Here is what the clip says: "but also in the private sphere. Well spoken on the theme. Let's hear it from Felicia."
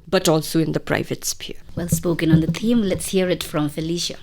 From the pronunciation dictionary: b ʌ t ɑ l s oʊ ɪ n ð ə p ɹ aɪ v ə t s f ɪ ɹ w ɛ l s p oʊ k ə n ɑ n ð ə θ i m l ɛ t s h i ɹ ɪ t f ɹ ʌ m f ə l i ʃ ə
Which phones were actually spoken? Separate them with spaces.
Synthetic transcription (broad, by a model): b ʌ t ɑ l s oʊ ɪ n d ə p ɹ aɪ v ə t s p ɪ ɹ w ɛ l s p oʊ k ə n ɑ n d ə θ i m l ɛ t s h i ɹ ɪ t f ɹ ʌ m f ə l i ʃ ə